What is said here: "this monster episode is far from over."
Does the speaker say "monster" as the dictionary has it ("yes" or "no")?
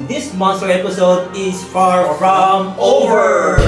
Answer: yes